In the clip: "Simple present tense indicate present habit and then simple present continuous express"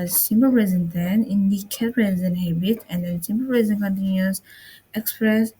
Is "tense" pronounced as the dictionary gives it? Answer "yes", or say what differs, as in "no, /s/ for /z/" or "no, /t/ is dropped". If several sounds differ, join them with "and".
no, /s/ is dropped